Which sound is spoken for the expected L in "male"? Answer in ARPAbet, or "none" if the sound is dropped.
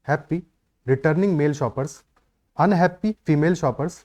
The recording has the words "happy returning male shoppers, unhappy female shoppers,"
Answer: L